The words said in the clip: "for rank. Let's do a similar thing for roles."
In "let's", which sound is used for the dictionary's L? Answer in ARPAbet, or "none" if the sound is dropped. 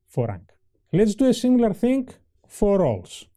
L